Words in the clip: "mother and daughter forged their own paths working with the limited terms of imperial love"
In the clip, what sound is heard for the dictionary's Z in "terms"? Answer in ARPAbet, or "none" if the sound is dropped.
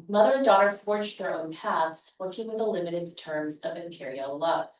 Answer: Z